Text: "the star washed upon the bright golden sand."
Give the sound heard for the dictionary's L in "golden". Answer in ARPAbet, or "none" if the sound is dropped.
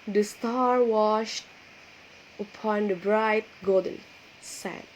none